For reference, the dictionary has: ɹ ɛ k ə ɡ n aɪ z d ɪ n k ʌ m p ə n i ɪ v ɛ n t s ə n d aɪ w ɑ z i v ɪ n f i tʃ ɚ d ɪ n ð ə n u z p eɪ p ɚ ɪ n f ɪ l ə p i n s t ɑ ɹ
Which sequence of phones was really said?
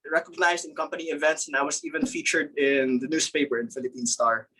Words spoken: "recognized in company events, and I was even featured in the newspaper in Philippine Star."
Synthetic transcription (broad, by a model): ɹ ɛ k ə ɡ n aɪ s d ɪ n k ʌ m p ə n i ɪ v ɛ n t s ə n aɪ w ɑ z i v ɪ n f i tʃ ɚ d ɪ n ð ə n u s p eɪ p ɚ ɪ n f ɪ l ə p i n s t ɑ ɹ